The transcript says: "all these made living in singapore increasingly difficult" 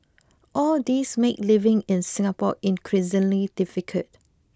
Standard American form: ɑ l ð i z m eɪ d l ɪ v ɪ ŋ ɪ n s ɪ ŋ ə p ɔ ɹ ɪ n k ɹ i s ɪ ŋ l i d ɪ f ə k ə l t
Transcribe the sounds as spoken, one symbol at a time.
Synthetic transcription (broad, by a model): ɑ l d i s m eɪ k l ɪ v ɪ ŋ ɪ n s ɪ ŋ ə p ɔ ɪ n k ɹ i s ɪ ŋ l i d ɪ f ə k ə t